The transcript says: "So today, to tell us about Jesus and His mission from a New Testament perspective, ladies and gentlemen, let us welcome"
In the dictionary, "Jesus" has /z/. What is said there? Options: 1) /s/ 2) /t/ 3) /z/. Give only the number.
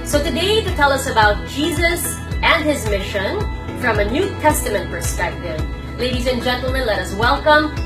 3